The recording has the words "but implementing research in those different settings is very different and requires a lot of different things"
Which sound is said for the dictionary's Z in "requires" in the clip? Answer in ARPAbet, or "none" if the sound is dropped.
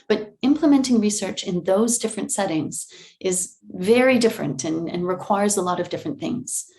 Z